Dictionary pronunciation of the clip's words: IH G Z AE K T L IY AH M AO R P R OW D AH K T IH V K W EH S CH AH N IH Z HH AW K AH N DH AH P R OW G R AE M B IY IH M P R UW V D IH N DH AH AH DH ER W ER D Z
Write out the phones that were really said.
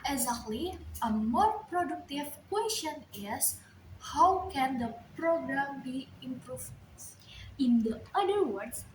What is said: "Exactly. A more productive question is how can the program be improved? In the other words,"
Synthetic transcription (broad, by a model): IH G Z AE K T L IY AH M AO R P R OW D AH K T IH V K W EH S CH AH N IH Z HH AW K AH N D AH P R OW G R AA M B IY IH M P R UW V IH N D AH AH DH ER W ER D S